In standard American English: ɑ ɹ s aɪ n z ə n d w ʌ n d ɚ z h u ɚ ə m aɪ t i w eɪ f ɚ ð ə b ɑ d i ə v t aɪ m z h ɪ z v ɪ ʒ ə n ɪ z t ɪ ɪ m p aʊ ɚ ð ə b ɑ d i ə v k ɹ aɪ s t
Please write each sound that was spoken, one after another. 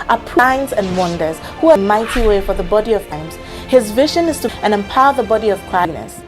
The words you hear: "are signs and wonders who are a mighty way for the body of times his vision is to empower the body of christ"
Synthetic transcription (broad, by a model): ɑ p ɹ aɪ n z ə n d w ʌ n d ɚ z h u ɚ ə m aɪ t i w eɪ f ɚ ð ə b ɑ d i ə v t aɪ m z h ɪ z v ɪ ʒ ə n ɪ z t ɪ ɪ m p aʊ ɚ ð ə b ɑ d i ə v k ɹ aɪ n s